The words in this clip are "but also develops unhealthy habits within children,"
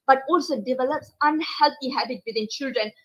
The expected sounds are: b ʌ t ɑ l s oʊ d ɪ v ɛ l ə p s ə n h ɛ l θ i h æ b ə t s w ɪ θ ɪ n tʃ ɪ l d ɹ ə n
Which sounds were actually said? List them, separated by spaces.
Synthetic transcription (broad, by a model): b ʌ t ɑ l s oʊ d ɪ v ɛ l ə p s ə n h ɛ l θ i h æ b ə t w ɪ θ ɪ n tʃ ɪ l d ɹ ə n